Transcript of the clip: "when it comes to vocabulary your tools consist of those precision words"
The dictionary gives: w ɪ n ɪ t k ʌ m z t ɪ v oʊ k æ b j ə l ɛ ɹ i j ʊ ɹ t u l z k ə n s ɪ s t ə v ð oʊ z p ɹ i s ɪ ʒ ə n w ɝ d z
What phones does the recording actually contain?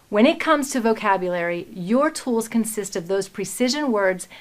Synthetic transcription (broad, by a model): w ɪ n ɪ t k ʌ m z t ɪ v oʊ k æ b j ə l ɛ ɹ i j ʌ ɹ t u l z k ə n s ɪ s t ə v ð oʊ z p ɹ i s ɪ ʒ ə n w ɝ d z